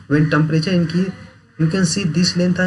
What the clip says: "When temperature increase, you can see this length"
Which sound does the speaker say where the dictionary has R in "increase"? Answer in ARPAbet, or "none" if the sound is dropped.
none